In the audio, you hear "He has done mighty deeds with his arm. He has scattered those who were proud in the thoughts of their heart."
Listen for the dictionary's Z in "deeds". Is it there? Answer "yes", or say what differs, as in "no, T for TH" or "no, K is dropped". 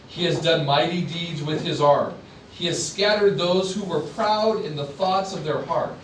yes